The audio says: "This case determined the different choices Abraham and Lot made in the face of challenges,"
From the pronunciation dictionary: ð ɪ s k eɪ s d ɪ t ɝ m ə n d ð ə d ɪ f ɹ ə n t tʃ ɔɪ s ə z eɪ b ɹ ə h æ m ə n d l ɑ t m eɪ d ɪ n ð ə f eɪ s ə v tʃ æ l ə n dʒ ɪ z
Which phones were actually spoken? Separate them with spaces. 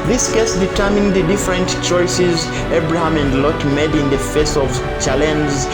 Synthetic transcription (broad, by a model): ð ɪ s k eɪ s d ɪ t ɝ m ə n d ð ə d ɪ f ɹ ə n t tʃ ɔɪ s ə z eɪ b ɹ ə h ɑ m ə n d l ɑ t m eɪ d ɪ n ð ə f eɪ s ə v tʃ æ l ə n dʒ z